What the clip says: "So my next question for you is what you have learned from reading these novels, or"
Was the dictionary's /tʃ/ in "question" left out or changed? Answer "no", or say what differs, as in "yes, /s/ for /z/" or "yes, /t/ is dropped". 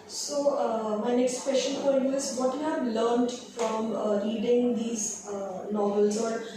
yes, /ʃ/ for /tʃ/